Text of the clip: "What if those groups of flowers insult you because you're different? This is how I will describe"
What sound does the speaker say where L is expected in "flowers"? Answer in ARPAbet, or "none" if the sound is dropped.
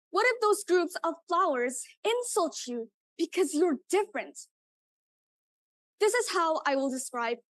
L